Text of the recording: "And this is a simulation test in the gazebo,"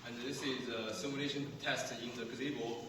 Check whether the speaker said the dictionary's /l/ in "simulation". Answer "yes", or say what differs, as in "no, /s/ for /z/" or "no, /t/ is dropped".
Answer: no, /n/ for /l/